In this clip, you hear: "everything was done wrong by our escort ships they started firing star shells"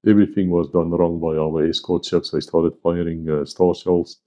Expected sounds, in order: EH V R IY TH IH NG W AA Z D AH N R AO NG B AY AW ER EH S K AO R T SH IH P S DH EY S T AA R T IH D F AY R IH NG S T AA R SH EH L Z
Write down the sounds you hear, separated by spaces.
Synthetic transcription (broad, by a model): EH V R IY TH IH NG W AA Z D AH N R AO NG B AY AW ER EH S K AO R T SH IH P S DH EY S T AA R T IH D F AY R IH NG S T AA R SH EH L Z